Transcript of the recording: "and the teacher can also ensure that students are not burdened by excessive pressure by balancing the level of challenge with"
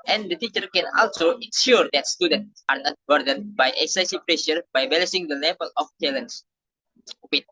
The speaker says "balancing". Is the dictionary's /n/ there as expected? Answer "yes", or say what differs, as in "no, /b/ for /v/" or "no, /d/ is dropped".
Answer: no, /n/ is dropped